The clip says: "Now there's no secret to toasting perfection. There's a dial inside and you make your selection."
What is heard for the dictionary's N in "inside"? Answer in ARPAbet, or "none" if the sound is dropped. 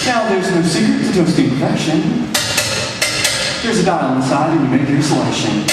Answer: none